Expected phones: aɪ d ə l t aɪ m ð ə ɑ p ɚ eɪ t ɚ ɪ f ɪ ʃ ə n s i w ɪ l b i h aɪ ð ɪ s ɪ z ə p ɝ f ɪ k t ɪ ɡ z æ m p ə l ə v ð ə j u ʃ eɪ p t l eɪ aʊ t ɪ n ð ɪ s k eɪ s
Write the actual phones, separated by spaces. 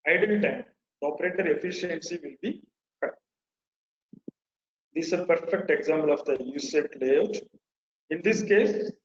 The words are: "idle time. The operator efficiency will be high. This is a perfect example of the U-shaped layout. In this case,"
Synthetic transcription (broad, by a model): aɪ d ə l t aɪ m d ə ɑ p ɚ eɪ t ɚ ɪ f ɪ ʃ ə n s i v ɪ l b i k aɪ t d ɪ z ə p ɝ f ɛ k t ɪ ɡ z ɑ m p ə l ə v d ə j u s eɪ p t l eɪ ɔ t ɪ n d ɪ s k eɪ s